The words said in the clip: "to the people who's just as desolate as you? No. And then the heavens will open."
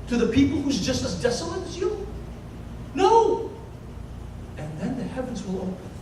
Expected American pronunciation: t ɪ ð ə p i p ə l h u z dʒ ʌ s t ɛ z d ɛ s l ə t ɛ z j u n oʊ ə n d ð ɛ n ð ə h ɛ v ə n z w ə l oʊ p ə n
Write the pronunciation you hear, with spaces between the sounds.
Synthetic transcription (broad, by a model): t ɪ ð ə p i p l h u z dʒ ʌ s t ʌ z d ɛ s l ə t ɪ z j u n oʊ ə n ð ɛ n ð ə h ɛ v ə n z w ə l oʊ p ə